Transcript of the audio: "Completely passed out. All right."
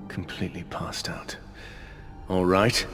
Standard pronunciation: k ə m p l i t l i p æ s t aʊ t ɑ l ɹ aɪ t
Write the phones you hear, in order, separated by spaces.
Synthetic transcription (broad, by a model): k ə m p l i t l i p æ s t aʊ t ɑ l ɹ aɪ t